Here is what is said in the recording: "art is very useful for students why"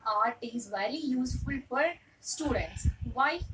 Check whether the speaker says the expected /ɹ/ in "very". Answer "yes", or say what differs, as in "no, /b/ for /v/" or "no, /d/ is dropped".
no, /l/ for /ɹ/